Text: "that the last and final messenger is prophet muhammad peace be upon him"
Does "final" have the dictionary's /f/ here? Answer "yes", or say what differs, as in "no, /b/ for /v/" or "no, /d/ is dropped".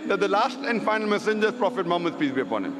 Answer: yes